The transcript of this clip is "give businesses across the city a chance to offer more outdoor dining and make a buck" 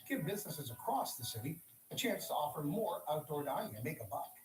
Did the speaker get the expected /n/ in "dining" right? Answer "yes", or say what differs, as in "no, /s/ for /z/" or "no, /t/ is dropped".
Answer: no, /n/ is dropped